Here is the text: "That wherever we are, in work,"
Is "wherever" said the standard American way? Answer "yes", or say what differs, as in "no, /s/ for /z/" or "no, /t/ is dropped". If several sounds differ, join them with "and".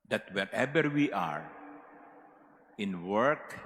no, /b/ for /v/